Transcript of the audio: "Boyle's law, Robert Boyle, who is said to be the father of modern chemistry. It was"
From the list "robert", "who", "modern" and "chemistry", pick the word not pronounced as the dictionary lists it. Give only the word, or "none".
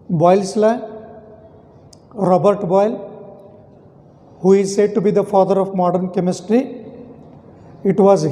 none